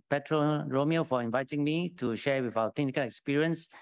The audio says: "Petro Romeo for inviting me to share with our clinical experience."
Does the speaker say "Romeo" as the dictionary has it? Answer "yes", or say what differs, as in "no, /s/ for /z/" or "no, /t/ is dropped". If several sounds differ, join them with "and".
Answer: yes